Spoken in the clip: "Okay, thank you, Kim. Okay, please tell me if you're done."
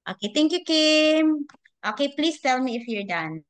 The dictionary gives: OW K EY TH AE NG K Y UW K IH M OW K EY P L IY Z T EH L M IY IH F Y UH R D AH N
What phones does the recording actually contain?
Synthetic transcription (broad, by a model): OW K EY T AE NG K Y UW K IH M OW K EY P L IY S T EH L M IY IH F Y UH R D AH N